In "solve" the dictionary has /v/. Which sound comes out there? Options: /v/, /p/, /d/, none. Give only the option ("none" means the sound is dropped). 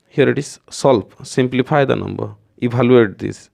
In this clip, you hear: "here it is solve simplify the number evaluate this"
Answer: /p/